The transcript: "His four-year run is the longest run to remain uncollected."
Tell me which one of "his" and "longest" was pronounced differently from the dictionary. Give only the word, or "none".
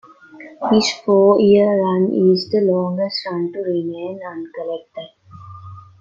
his